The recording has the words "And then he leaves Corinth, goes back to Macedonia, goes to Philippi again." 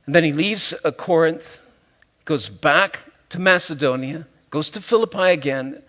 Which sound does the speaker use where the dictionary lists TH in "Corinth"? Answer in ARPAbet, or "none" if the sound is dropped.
TH